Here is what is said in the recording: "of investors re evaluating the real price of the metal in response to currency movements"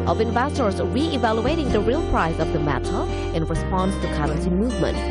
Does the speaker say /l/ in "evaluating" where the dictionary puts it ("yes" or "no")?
yes